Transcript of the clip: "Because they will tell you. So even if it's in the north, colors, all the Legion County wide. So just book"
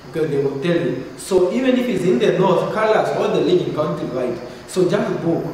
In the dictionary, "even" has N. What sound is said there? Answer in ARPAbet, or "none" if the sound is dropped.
N